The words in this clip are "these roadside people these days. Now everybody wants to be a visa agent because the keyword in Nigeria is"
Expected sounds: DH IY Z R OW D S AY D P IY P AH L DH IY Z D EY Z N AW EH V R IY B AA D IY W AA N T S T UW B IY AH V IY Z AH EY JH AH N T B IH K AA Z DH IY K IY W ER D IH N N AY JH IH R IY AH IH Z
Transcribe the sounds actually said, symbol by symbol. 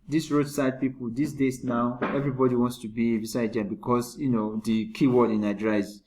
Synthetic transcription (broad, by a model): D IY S R OW D S AY D P IY P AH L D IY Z D EY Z N AW EH V R IY B AA D IY W AA N T S T UW B IY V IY S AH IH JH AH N B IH K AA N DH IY K IY W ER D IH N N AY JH R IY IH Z